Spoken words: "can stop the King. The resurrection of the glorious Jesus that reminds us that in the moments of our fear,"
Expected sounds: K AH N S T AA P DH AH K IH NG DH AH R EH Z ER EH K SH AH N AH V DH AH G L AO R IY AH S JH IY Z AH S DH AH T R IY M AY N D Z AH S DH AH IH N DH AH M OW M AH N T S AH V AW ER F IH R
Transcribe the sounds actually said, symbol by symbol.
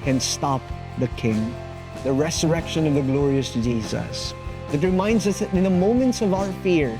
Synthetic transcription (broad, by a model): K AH N S T AA P DH AH K IH NG DH AH R EH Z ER EH K SH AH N AH V DH AH G L AO R IY AH S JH IY Z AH S DH AH T R IY M AY N D Z AH S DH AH IH N DH AH M OW M AH N T S AH V AW ER F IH R